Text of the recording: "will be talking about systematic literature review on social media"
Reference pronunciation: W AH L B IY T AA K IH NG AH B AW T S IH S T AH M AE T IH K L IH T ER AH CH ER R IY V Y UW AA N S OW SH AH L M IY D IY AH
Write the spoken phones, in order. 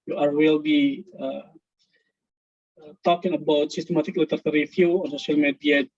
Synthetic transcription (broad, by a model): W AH L B IY T AA K IH NG AH B AW T S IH S T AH M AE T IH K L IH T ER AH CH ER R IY F Y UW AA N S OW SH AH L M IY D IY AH